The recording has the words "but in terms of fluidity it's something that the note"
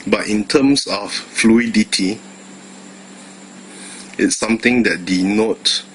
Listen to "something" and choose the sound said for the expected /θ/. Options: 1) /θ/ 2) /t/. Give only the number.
2